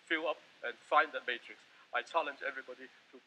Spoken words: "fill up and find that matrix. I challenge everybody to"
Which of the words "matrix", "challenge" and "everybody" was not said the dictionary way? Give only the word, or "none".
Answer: none